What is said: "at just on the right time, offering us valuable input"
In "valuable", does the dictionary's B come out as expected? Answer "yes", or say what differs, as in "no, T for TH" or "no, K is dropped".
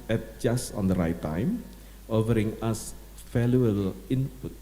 no, B is dropped